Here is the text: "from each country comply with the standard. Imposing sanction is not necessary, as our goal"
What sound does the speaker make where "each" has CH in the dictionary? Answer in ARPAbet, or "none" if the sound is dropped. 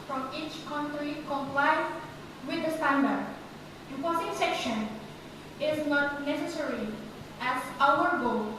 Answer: CH